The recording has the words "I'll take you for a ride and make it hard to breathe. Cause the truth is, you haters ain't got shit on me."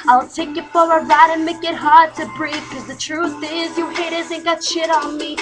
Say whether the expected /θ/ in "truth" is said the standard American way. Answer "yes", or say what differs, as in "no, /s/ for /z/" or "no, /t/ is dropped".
yes